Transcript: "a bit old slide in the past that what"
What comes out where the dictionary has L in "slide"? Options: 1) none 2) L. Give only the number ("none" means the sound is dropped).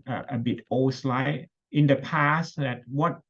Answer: 2